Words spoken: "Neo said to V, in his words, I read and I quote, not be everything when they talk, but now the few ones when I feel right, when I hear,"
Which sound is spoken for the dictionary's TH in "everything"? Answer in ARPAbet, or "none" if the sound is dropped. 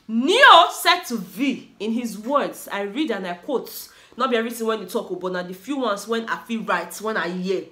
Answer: T